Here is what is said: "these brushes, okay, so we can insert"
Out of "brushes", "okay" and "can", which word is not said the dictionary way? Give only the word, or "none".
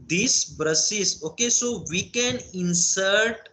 brushes